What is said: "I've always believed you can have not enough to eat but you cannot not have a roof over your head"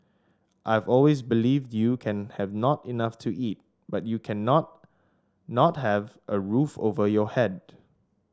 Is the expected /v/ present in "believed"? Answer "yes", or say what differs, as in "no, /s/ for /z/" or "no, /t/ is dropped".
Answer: yes